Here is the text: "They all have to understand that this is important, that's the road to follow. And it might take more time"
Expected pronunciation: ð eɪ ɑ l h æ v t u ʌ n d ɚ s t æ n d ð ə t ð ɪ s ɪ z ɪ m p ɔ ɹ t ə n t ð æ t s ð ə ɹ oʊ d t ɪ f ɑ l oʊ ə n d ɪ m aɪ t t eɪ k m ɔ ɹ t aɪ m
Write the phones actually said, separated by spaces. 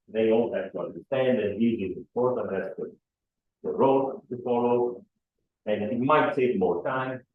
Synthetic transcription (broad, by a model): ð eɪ ɑ l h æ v t u ʌ n d ɚ s t æ n d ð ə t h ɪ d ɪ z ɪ p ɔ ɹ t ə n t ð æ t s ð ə ɹ oʊ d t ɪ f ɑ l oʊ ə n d ɪ m aɪ t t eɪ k m ɔ ɹ t aɪ m